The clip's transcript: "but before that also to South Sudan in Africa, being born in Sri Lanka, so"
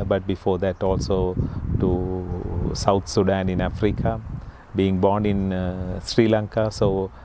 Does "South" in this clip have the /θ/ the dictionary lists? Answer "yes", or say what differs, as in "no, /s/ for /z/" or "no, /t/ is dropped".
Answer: no, /t/ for /θ/